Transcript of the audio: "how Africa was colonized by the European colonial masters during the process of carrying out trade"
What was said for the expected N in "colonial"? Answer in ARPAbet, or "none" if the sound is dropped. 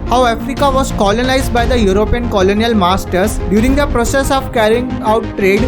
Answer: N